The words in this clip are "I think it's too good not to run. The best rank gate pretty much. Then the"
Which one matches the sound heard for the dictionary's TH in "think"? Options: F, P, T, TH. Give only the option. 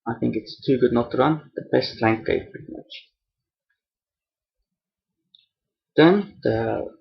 TH